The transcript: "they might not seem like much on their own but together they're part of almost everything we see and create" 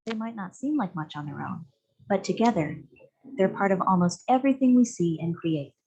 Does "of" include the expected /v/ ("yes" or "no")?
yes